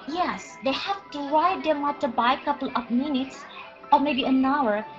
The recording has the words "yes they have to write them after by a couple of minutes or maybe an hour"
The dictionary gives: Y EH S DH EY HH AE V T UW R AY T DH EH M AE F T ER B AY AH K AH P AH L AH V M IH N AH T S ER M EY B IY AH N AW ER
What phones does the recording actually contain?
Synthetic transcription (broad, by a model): Y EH S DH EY HH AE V T UW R AY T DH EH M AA T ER B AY AH K AH P AH L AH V M IH N AH T S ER M EY B IY AH N AW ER